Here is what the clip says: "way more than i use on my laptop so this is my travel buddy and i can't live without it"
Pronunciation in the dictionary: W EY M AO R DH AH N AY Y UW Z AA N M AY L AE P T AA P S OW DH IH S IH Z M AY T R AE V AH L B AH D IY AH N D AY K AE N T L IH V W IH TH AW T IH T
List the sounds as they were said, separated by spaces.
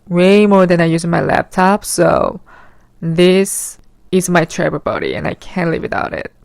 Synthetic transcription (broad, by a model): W EY M AO R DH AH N AY Y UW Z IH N M AY L AE P T AA P S OW DH IH S IH Z M AY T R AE B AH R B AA D IY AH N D AY K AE N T L IH V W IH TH AW T IH T